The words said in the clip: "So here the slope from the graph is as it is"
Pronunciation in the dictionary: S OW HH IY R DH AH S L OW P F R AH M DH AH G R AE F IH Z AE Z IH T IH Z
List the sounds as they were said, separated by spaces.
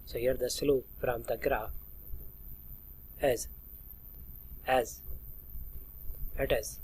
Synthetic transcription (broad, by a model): S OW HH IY R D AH S L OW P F R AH M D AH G R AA IH Z AE Z IH T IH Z